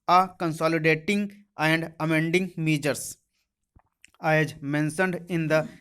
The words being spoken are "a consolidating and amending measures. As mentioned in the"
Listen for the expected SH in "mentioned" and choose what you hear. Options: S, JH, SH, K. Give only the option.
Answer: S